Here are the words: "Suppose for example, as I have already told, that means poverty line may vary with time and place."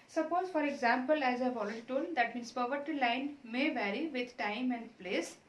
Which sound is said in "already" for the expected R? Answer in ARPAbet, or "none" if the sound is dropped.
L